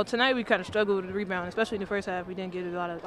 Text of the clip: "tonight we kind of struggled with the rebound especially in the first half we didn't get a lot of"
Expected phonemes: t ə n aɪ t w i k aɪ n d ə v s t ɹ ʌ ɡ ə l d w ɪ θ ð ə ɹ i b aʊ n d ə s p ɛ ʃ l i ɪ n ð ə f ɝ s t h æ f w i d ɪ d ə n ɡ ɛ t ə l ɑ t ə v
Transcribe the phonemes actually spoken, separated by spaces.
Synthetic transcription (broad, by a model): t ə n aɪ t w i k aɪ n d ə s t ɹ ʌ ɡ l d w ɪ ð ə ɹ i b aʊ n ə s p ɛ ʃ l i ɪ n ð ə f ɝ s t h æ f w i d ɪ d n ɡ ɛ t ə l ɑ t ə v